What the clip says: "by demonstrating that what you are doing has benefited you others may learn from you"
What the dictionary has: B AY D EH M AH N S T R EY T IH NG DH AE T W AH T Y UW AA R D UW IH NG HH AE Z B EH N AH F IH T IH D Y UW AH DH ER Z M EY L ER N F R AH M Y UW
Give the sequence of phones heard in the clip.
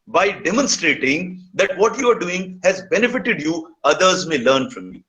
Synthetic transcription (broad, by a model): B AY D EH M AH N S T R EY T IH NG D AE T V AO T Y UW AA R D UW IH NG HH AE Z B EH N AH F IH T IH D Y UW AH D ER Z M EY L ER N F R AH M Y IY